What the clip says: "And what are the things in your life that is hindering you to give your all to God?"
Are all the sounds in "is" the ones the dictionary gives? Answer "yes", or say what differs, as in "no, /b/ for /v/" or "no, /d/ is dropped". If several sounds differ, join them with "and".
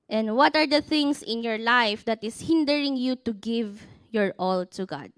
no, /s/ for /z/